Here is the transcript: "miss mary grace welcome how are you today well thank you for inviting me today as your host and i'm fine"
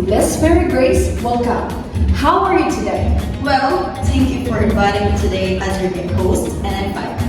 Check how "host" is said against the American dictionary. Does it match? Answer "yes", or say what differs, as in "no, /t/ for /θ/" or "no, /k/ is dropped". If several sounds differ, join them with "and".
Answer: yes